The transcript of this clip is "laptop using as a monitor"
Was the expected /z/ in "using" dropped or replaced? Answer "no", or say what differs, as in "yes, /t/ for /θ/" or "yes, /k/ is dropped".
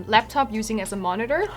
no